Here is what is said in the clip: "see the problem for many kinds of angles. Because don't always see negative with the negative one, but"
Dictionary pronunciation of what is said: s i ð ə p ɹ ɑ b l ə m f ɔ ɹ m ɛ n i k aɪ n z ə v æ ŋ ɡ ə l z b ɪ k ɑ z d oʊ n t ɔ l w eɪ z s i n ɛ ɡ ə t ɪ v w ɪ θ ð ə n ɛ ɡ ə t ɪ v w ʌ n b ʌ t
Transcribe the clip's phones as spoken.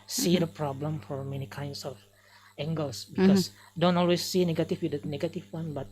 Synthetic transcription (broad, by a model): s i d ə p ɹ ɑ b l ə m f ɔ ɹ m ɛ n i k aɪ n s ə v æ ŋ ɡ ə l s b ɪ k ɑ s d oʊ n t ɔ l w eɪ s i n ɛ ɡ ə t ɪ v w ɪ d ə n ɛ ɡ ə t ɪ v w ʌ n b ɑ t